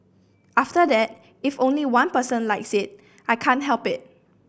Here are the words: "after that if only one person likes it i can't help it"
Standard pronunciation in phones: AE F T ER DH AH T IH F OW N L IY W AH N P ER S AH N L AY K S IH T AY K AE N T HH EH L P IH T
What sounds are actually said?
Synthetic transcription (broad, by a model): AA F T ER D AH T IH F OW N L IY W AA N P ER S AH N L AY K S IH T AY K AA N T HH EH L P IH T